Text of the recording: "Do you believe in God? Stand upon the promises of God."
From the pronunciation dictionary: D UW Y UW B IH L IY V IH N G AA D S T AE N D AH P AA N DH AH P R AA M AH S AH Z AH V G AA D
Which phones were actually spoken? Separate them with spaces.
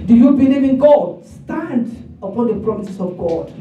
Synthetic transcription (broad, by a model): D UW Y UW B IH N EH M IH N G AA D S T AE N D AH P AA N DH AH P R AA M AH S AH S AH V G AA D